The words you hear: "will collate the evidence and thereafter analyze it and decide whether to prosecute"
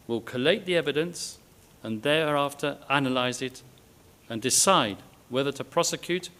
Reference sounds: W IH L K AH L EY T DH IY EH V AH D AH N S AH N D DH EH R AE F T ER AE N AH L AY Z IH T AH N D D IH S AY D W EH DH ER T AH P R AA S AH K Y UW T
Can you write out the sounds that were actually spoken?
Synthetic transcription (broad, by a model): W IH L K AH L EY T DH IY EH V AH D AH N S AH N DH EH R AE F T ER AE N AH L AY Z IH T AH N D D IH S AY D W EH DH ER T AH P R AA S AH K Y UW T